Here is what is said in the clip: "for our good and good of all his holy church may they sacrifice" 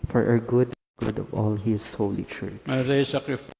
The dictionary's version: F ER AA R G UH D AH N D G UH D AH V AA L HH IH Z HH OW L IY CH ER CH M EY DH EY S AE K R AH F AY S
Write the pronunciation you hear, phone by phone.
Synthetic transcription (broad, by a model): F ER AA R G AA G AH D G UH D AH V AA L HH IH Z HH OW L IY CH ER CH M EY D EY S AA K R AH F